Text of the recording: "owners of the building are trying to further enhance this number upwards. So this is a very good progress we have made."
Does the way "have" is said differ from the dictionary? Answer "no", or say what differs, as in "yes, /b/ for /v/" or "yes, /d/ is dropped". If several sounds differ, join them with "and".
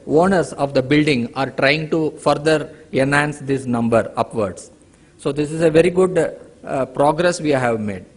no